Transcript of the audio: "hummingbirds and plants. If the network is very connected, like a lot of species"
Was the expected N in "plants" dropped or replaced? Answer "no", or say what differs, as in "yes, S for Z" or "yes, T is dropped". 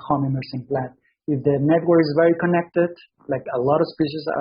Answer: yes, N is dropped